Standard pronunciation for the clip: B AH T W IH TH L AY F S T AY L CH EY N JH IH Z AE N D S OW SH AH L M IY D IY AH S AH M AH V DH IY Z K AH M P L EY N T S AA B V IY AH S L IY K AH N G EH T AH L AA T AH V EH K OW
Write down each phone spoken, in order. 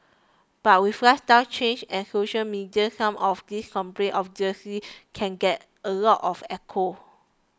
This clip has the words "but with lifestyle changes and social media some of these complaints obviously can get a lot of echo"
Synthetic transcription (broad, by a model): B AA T W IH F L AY S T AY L CH EY N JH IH N S OW SH AH L M IY D IY AH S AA M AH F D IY S K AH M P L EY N T AA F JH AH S IY K AH N G EH T AH L AA T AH F EH K OW